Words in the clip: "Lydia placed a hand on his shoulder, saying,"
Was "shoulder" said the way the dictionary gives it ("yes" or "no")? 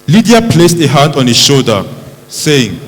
no